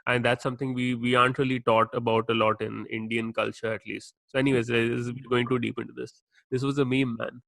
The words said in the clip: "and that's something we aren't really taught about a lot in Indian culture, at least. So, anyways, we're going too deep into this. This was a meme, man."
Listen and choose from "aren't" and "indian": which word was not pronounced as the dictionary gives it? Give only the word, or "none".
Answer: aren't